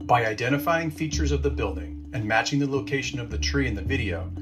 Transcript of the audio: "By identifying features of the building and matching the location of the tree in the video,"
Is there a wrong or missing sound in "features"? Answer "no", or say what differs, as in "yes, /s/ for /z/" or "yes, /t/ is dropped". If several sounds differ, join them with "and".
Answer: no